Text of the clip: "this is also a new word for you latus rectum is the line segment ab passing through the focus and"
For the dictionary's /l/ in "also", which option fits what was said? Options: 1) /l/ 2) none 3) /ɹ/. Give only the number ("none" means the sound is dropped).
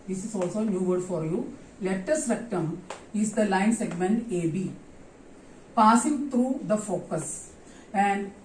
1